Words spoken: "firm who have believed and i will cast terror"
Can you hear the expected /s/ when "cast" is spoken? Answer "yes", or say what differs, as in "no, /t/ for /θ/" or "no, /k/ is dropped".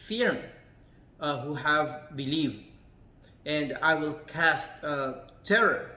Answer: yes